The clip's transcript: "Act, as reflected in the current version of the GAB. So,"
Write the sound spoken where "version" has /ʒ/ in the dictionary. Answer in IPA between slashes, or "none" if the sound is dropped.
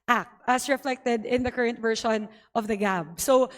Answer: /ʃ/